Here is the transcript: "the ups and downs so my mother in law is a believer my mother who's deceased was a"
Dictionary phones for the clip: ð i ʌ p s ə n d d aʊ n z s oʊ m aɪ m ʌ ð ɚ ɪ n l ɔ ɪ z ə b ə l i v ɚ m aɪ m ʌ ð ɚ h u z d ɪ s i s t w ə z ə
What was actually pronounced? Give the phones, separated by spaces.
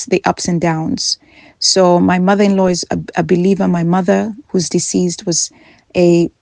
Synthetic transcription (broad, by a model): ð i ʌ p s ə n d d aʊ n z s oʊ m aɪ m ʌ ð ɚ ɪ n l ɔ ɪ z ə b ə l i v ɚ m aɪ m ʌ ð ɚ h u z d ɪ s i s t w ə z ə